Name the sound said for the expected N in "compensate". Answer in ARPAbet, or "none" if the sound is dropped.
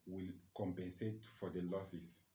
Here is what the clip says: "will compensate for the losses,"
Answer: N